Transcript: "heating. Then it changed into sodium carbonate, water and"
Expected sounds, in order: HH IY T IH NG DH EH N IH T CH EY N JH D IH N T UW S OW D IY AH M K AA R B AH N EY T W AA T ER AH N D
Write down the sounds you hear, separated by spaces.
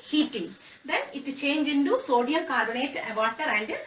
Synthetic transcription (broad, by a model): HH IY T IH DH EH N IH T CH EY N JH IH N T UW S OW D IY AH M K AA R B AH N EY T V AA T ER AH N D